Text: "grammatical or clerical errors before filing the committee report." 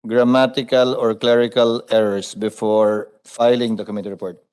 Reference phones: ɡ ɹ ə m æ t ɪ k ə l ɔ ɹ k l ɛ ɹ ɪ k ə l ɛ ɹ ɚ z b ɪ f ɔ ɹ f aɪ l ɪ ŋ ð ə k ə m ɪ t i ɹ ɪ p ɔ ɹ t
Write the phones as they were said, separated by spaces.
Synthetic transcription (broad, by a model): ɡ ɹ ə m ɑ t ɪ k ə l ɔ ɹ k l ɛ ɹ ɪ k ə l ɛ ɹ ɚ s b ɪ f ɔ ɹ f aɪ l ɪ ŋ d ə k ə m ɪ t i ɹ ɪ p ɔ ɹ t